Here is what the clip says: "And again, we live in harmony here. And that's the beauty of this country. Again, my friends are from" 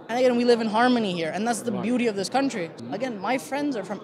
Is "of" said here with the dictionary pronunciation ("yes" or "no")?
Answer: yes